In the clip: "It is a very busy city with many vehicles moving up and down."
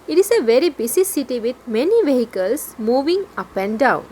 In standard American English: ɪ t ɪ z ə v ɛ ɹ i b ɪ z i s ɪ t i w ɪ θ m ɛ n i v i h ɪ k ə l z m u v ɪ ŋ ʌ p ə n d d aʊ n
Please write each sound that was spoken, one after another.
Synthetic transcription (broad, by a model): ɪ t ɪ s ə v ɛ ɹ i b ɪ s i s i t i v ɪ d m ɛ n i v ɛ h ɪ k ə l s m u v ɪ ŋ ʌ p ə n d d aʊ n